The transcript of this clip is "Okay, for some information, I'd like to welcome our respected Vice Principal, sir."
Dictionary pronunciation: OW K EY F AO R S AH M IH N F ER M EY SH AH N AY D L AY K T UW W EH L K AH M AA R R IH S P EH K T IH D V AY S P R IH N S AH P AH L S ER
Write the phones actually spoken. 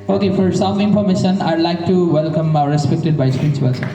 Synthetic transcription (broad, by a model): OW K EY F AO R S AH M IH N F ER M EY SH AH N AY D L AY K T UW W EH L K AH M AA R R IH S P EH K T IH D B AY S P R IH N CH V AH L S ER